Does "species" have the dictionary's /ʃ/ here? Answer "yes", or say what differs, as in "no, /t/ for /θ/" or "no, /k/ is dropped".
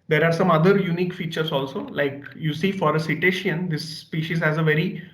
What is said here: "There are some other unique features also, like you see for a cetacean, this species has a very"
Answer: yes